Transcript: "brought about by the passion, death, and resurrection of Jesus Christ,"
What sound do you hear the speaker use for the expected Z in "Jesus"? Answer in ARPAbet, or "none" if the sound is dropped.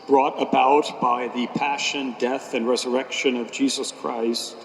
Z